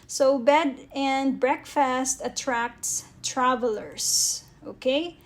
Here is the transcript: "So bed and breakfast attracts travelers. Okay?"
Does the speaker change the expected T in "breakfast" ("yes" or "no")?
no